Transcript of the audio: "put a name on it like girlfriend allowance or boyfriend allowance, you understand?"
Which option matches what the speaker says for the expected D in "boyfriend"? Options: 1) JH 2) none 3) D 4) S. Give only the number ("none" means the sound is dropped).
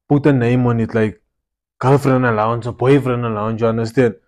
2